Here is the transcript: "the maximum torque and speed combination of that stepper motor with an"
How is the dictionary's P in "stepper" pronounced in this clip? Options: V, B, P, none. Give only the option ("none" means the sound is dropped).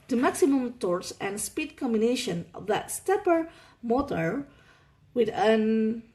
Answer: P